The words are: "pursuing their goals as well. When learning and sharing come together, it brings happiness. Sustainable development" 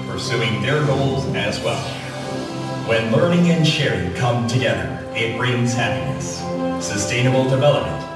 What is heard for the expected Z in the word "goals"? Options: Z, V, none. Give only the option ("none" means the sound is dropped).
Z